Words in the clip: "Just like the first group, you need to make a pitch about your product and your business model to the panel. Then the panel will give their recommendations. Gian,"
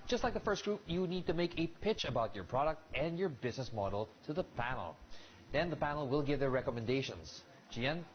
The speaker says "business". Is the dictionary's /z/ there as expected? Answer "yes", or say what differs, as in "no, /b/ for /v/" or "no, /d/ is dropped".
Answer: yes